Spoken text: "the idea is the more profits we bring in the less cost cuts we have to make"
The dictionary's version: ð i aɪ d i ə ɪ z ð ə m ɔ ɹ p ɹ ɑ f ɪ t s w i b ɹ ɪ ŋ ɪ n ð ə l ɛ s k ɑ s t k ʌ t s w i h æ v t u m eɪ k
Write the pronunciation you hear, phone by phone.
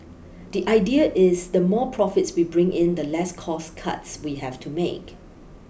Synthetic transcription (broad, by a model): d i aɪ d i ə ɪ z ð ə m ɔ p ɹ ɑ f ɪ t s w i b ɹ ɪ ŋ ɪ n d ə l ɛ s k ɑ s k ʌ t s w i h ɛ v t u m eɪ k